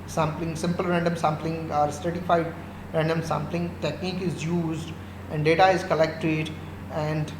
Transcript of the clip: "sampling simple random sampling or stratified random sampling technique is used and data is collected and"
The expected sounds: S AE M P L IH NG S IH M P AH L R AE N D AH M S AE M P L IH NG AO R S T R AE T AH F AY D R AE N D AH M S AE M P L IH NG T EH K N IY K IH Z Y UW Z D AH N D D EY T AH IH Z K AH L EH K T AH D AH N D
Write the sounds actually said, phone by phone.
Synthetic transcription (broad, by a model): S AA M P L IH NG S IH M P AH L R AE N D AH M S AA M P L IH NG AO R S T EH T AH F AY D R AE N D AH M S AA M P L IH NG T EH K N IY K IH Z Y UW Z D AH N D D EY T AH IH Z K AH L EH K T AH D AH N D